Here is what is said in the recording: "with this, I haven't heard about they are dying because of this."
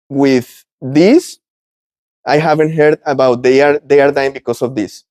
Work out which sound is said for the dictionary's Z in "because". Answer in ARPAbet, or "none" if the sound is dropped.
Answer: S